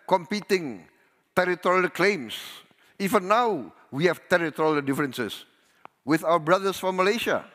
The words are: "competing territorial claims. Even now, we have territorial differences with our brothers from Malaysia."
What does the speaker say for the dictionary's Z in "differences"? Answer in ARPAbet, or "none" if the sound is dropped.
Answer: S